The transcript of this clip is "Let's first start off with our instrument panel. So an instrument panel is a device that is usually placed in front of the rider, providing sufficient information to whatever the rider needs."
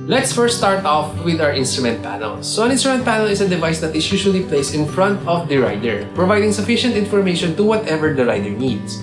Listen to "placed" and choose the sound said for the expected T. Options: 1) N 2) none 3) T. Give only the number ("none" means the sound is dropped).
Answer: 2